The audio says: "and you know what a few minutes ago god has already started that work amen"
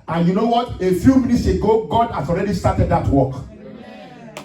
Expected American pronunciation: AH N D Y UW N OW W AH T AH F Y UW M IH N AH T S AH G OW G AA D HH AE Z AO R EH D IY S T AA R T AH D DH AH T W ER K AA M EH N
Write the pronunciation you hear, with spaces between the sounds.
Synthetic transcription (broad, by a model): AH N Y UW N OW W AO T AH F Y UW M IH N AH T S AH G OW G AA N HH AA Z AO R EH D IY S T AA T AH D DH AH T W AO K